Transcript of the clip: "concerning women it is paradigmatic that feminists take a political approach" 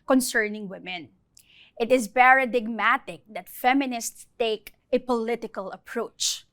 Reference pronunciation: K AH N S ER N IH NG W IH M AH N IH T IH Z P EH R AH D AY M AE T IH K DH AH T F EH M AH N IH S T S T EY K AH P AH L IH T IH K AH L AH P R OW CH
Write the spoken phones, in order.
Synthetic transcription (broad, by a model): K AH N S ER N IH NG W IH M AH N IH T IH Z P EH R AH D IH M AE T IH K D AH T F EH M AH N IH S T S T EY K AH P AH L IH T IH K AH L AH P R OW CH